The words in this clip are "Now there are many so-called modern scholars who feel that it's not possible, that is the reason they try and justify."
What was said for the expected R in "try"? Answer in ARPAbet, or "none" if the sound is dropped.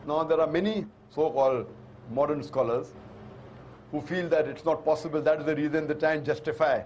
none